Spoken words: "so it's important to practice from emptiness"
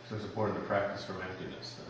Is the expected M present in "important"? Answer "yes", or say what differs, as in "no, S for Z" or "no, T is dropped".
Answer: no, M is dropped